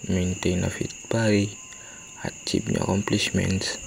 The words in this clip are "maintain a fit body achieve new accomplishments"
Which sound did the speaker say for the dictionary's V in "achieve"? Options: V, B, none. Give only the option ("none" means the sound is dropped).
B